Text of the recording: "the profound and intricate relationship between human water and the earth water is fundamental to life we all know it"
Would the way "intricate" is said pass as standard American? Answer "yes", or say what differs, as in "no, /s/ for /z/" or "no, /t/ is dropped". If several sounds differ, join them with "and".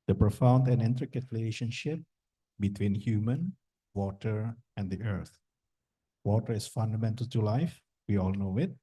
yes